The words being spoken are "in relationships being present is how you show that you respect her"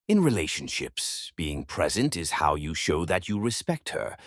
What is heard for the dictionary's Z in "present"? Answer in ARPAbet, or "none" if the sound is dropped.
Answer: Z